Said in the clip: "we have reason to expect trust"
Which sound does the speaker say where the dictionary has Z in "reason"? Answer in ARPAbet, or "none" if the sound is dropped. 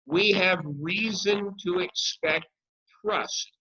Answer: Z